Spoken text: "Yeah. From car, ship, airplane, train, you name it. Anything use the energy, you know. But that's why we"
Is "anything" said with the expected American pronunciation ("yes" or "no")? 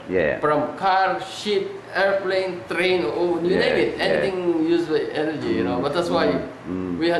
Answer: no